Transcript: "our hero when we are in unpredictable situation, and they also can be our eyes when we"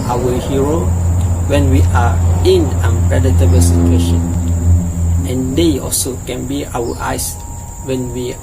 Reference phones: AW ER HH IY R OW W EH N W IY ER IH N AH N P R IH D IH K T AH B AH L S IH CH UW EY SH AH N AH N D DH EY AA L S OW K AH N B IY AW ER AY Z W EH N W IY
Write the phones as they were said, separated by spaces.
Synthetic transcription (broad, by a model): AW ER HH IY R OW W EH N W IY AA IH N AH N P R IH D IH T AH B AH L S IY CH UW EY SH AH N AH N D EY AA L S OW K AH N B IY AW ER AY S W EH N W IY